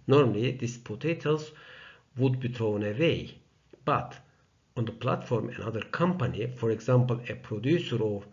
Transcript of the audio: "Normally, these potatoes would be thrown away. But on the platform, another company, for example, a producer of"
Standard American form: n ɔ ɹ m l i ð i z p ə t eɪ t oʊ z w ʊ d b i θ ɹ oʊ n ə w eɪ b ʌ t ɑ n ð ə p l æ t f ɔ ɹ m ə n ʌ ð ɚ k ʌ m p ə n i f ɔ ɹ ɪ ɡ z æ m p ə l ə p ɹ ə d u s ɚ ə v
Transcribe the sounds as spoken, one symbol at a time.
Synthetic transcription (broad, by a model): n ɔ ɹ m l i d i s p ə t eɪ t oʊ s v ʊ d b i t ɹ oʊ n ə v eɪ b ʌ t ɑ n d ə p l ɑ t f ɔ ɹ m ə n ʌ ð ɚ k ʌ m p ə n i f ɔ ɹ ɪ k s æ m p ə l ə p ɹ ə d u s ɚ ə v